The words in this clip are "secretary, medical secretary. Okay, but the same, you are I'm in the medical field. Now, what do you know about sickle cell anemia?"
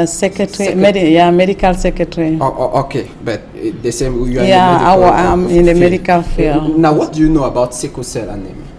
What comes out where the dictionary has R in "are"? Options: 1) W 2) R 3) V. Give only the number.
1